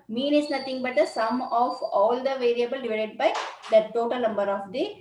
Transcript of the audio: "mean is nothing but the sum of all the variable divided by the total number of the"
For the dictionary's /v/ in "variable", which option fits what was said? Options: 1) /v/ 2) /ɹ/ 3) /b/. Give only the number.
1